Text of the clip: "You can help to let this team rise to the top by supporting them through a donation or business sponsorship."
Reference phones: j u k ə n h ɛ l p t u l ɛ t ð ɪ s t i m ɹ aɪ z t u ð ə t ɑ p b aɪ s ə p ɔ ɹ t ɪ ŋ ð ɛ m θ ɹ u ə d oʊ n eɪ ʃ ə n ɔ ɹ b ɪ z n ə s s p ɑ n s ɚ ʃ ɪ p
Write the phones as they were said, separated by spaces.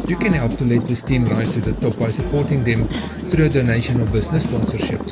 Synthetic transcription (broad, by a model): j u k ə n h ɛ l p t u l ɛ t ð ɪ s t i m ɹ aɪ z t u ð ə t ɑ p b aɪ s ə p ɔ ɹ t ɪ ŋ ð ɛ m θ ɹ u ə d oʊ n eɪ ʃ ə n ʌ l b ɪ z n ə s s p ɑ n s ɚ ʃ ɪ p